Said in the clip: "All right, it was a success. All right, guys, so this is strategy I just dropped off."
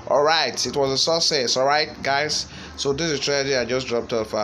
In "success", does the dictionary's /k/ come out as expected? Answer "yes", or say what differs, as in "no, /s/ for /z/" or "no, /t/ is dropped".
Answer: no, /k/ is dropped